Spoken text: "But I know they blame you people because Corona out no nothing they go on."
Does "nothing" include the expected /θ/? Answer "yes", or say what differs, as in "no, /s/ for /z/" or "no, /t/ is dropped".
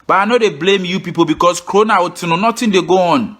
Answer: no, /t/ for /θ/